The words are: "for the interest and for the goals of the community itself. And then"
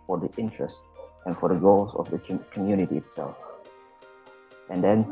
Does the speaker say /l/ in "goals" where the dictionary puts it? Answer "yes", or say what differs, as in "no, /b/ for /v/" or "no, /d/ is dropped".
yes